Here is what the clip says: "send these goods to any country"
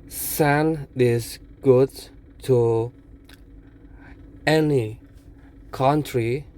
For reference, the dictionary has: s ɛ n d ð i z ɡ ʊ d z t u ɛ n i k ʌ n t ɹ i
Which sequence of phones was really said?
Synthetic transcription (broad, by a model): s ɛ n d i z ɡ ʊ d t u ɛ n i k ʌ n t ɹ i